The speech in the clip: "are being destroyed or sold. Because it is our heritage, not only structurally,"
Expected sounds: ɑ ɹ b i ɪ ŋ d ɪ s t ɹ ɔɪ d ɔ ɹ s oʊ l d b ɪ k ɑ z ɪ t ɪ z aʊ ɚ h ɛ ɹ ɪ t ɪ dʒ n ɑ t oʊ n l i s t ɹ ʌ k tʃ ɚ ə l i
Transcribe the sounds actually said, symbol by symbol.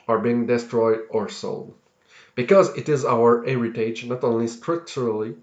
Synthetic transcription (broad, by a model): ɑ ɹ b i ɪ ŋ d ɪ s t ɹ ɔɪ d ɔ ɹ s oʊ l d b ɪ k ɑ z ɪ t ɪ z aʊ ɚ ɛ ɹ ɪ t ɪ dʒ n ɑ t oʊ n l i s t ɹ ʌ k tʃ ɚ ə l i